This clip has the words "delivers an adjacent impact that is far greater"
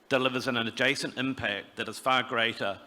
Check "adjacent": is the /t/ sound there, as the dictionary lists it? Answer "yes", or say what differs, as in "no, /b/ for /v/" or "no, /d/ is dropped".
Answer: yes